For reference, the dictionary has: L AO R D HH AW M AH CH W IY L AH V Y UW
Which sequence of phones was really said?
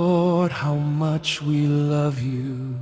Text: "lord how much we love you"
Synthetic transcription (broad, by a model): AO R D HH AW M AH CH W IY L AH V Y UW